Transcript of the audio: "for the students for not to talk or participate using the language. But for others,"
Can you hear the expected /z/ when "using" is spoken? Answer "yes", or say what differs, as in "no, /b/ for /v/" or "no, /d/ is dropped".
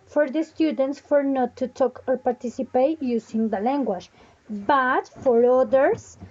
no, /s/ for /z/